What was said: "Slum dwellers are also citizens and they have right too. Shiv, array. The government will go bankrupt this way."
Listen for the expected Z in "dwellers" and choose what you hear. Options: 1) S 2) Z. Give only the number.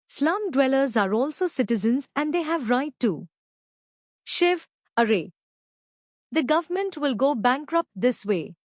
2